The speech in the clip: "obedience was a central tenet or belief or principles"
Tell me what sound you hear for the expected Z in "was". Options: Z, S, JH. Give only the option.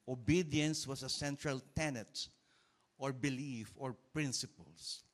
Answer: S